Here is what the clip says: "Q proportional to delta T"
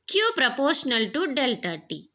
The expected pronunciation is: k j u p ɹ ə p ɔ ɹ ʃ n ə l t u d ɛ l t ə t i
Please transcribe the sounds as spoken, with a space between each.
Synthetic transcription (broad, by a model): k j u p ɹ ə p ɔ ɹ ʃ n ə l t u d ɛ l t ə t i